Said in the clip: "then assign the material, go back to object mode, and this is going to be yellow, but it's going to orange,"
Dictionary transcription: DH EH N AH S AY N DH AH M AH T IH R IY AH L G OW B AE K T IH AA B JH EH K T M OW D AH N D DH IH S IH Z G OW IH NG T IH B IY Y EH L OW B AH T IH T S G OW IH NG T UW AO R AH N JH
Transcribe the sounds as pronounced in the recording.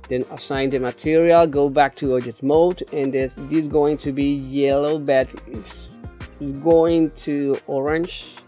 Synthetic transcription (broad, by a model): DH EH N AH S AY N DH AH M AH T IH R IY AH L G OW B AE K T IH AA JH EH T M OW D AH N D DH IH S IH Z G OW IH NG T IH B IY Y EH L OW B AH T IH T S G OW IH NG T UW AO R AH N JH